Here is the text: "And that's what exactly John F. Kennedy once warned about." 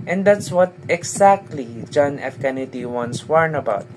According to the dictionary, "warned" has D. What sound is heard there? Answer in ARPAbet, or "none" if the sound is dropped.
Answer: none